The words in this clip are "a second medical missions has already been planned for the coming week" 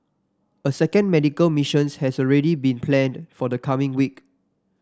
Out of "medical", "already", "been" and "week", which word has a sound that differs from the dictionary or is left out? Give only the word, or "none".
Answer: none